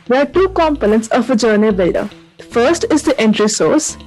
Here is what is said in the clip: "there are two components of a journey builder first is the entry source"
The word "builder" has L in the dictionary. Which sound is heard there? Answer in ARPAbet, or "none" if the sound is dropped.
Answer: none